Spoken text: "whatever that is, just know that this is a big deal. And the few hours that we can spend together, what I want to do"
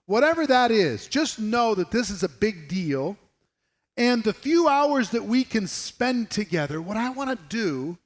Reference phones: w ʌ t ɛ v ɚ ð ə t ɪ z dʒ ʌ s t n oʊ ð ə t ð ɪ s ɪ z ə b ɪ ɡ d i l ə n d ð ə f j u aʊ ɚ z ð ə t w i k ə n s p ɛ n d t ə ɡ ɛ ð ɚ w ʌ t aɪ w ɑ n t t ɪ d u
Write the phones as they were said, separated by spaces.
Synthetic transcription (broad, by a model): w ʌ t ɛ v ɚ ð ə t ɪ z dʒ ʌ s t n oʊ ð ə t ð ɪ s ɪ z ə b ɪ ɡ d i l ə n ð ə f j u aʊ ɚ z ð ə t w i k ə n s p ɛ n t ə ɡ ɛ ð ɚ w ʌ t aɪ w ɑ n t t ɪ d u